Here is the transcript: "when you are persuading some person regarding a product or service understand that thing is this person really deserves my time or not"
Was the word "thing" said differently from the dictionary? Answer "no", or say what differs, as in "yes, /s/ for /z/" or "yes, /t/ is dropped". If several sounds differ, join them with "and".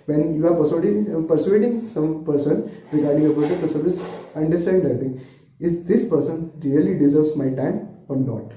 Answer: yes, /t/ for /θ/